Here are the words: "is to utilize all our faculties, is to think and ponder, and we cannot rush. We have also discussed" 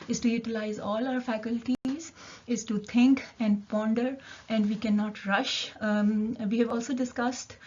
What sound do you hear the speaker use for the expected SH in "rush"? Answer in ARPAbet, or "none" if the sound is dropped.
SH